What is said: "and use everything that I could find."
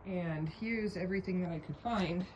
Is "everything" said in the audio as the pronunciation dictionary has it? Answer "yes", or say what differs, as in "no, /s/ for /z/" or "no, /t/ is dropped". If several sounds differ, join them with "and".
yes